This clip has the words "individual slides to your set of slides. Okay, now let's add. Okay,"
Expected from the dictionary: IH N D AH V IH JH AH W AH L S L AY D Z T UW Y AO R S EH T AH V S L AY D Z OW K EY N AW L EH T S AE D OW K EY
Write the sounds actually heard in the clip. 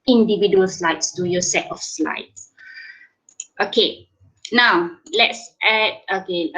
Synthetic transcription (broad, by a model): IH N D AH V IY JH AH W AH L S L AY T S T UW Y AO S EH T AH F S L AY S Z OW K EY N AW L EH T S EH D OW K EY